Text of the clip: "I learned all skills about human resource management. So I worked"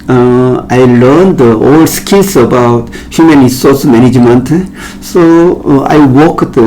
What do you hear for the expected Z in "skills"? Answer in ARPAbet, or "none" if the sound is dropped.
S